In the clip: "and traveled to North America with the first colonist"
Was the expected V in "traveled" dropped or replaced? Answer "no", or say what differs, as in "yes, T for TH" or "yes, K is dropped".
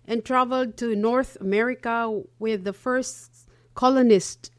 no